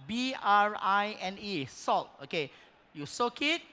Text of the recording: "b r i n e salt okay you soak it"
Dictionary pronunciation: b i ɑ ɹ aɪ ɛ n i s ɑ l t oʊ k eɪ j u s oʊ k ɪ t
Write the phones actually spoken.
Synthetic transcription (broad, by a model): b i ɑ ɹ aɪ ɛ n i s ɑ l t oʊ k eɪ j u s oʊ k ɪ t